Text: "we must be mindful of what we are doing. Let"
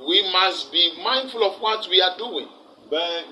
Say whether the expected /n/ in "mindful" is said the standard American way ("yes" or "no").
yes